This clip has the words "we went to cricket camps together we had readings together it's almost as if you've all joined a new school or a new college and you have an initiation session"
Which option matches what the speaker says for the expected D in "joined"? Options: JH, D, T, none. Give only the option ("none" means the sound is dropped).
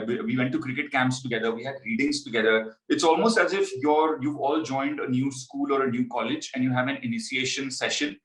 D